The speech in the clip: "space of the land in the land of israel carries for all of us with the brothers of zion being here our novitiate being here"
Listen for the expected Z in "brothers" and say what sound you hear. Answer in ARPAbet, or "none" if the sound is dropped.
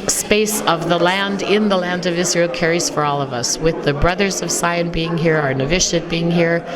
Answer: Z